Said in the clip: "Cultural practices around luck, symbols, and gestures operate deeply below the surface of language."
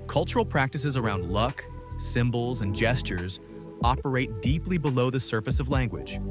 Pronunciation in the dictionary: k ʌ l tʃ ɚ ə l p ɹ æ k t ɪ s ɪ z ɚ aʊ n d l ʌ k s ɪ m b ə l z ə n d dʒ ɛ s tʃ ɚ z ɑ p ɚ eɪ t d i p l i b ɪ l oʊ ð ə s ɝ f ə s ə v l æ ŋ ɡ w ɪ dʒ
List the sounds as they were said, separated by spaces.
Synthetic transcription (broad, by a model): k ʌ l tʃ ɚ l p ɹ æ k t ɪ s ɪ z ɚ aʊ n d l ʌ k s ɪ m b l z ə n dʒ ɛ s tʃ ɚ z ɑ p ɚ eɪ t d i p l i b ɪ l oʊ ð ə s ɝ f ə s ə v l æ ŋ ɡ w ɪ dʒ